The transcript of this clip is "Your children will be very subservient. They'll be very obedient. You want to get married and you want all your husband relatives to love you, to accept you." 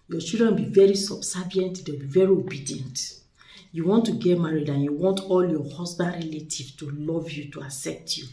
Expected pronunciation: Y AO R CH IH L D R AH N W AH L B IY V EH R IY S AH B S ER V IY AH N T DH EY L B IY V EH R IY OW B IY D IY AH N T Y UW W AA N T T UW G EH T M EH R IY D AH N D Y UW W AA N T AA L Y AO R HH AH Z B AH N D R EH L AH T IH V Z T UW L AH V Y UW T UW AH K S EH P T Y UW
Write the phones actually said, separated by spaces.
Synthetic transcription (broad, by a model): Y AO CH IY L D R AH N B IY V EH R IY S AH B S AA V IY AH N T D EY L B IY V EH R IY OW B IY D IY AH N T Y UW W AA N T T UW G EH T M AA R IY D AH N Y UW W AA N T AA L Y AO HH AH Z B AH N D R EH L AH T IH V T UW L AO V Y UW T UW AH S EH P T Y UW